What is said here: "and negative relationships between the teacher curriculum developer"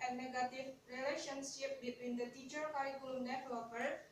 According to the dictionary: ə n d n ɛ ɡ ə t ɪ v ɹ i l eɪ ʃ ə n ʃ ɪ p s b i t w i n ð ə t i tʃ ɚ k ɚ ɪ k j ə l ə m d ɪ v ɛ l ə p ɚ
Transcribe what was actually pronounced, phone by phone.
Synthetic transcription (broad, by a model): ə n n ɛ ɡ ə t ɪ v ɹ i l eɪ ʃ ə n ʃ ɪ p b i t w i n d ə t i tʃ ɚ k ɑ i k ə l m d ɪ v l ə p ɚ